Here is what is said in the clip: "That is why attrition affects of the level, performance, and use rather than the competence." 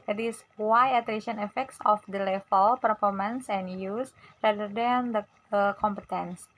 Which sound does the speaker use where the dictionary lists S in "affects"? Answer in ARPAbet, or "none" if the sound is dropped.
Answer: S